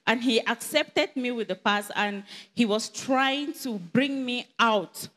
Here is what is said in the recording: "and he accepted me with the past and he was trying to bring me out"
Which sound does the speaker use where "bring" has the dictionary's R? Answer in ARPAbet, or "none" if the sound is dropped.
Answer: R